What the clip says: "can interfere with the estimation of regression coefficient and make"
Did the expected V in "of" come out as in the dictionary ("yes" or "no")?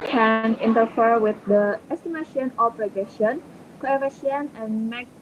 no